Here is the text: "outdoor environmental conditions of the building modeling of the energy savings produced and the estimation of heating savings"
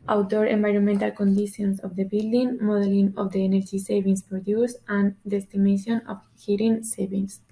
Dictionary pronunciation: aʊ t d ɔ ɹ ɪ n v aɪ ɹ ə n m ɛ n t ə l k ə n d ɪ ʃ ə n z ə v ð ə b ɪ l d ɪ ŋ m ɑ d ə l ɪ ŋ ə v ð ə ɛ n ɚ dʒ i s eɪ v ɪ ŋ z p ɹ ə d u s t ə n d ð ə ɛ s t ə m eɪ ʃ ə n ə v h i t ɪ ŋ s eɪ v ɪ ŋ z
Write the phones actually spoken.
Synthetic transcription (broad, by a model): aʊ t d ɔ ɹ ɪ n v aɪ ɹ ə n m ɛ n t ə l k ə n d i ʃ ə n s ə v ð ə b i l d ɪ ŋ m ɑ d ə l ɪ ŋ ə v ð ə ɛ n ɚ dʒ i s eɪ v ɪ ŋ s p ɹ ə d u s ə n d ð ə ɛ s t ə m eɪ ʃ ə n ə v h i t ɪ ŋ s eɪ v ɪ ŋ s